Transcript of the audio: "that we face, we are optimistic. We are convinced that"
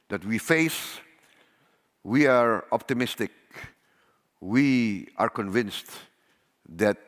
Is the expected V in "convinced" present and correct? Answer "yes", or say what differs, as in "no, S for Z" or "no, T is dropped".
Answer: yes